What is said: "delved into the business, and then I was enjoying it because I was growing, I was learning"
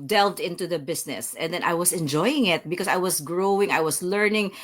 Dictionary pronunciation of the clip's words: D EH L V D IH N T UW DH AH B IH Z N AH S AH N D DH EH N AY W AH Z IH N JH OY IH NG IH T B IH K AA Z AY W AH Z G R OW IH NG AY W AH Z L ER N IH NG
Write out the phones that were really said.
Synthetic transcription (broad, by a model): D EH L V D IH N T UW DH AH B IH S N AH S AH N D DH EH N AY W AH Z IH N JH OY IH NG IH T B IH K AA S AY W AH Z G R OW IH NG AY W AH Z L ER N IH NG